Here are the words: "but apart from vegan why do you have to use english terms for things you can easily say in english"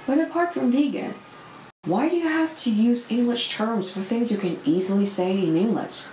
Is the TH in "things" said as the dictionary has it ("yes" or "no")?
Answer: yes